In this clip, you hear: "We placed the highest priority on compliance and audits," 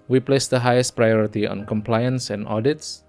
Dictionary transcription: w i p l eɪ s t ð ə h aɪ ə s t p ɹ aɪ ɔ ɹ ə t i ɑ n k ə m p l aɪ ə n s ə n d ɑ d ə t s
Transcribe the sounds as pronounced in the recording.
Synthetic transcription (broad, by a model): w i p l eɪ s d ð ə h aɪ ə s t p ɹ aɪ ɔ ɹ ə t i ɑ n k ə m p l aɪ ə n s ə n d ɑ d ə t s